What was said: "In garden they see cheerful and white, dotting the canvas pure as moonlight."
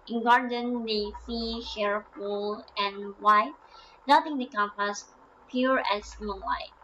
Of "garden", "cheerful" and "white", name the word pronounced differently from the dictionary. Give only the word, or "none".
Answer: cheerful